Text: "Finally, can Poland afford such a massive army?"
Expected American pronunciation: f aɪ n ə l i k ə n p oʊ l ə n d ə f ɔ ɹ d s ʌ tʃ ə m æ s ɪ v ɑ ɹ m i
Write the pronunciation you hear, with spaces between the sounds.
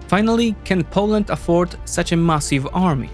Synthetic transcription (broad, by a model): f aɪ n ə l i k ə n p oʊ l ə n d ə f ɔ ɹ d s ʌ tʃ ə m æ s ɪ v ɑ ɹ m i